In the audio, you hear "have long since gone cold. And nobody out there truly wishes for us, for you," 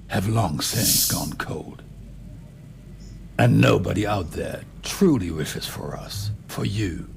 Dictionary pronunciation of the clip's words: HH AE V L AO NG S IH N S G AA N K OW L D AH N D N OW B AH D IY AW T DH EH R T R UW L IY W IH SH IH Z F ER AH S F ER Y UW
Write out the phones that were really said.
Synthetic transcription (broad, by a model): HH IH V L AO NG S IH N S G AA N K OW L D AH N N OW B AH D IY AW T DH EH R T R UW L IY W IH SH IH Z F ER AH S F ER Y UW